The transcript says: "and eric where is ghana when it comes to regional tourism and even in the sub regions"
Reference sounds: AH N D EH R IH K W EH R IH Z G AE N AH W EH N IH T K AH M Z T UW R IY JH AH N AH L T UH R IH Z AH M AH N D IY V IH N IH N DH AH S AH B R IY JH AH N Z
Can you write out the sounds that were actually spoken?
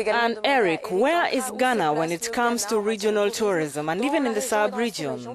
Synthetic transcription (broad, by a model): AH N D EH R IH K W EH R IH Z G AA N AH W EH N IH T K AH M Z T UW R IY JH AH N AH L T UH R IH Z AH M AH N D IY V IH N IH N DH AH S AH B R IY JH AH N